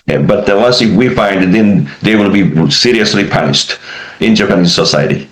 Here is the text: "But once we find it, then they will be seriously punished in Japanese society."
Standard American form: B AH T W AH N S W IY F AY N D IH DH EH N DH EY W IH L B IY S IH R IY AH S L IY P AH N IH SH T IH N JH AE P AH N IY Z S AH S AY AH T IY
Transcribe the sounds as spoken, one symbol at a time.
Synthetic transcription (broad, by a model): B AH T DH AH L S W IY F AY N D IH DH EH N DH EY W IH L B IY S IH R IY AH S L IY P AH N IH SH T IH N JH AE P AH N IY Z S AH S AY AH T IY